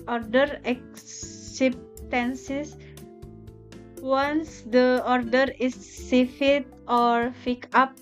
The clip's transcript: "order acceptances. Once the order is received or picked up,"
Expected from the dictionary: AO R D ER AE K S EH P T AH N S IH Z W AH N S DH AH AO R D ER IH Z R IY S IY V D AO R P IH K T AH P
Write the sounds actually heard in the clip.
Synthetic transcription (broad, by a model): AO R D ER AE K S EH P T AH N S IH S W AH N S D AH AO R D ER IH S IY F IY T AO R F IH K AA P